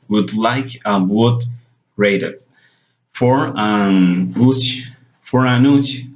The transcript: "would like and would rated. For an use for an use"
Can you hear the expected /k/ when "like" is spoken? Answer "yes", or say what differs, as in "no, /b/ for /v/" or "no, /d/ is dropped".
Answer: yes